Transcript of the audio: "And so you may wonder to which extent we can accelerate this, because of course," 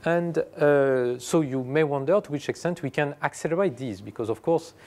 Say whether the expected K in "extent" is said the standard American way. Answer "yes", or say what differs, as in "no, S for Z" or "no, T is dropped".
yes